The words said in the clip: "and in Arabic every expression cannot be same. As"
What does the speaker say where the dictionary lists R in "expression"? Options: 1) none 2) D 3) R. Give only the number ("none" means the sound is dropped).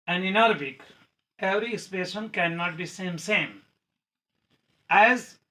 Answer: 1